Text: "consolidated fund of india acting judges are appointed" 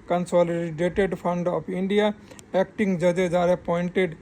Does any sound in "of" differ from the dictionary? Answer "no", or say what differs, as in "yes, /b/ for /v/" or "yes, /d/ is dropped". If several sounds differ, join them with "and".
yes, /p/ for /v/